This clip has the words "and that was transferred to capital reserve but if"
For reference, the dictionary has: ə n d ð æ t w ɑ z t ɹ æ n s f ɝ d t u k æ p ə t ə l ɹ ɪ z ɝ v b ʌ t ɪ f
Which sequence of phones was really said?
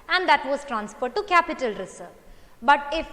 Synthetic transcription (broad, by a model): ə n d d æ t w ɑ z t ɹ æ n s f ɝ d t u k æ p ə t ə l ɹ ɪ s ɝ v b ʌ t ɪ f